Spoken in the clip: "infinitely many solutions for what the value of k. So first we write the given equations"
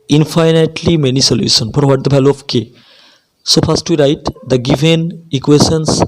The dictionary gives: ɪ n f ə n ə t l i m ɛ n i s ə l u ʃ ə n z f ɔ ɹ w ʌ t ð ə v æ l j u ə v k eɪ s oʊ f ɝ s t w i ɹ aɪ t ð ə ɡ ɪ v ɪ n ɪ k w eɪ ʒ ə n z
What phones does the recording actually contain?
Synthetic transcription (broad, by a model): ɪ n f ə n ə t l i m ɛ n i s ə l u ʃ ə n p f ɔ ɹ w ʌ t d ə b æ l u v k eɪ s oʊ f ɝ s t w i ɹ aɪ t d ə ɡ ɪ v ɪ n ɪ k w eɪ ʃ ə n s